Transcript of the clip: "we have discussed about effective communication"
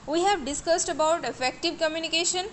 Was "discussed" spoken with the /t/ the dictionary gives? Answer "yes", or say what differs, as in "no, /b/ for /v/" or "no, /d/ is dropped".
yes